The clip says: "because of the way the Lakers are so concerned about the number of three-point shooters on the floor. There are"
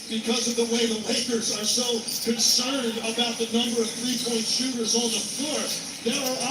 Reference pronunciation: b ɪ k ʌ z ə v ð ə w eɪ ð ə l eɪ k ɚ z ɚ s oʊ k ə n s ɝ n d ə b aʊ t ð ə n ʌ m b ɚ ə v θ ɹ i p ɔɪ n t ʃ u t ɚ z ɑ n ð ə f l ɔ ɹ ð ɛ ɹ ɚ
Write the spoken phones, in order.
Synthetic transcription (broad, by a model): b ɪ k ʌ z ə v ð ə w eɪ ð ə w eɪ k ɚ z ɚ s oʊ k ə n s ɝ n d ə b aʊ t ð ə n ʌ m b ɚ ə v θ ɹ i p ɔɪ n t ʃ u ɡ ɚ z n ð ə f l ɔ ɹ ð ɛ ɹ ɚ